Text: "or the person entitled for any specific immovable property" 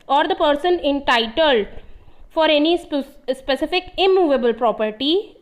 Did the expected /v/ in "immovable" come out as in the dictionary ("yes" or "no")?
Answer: yes